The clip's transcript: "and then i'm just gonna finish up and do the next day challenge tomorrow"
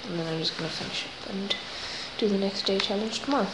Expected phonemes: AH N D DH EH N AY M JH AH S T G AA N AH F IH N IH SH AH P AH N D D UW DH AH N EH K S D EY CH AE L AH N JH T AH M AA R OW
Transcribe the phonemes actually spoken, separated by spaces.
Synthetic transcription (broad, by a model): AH N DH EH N AY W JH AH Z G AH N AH F IH N IH SH AH P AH N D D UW DH AH N EH K S D EY CH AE L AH N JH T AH M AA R